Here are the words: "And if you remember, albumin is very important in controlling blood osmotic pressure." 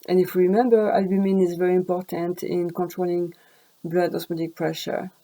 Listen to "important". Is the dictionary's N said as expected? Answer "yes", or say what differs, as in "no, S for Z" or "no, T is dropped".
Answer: yes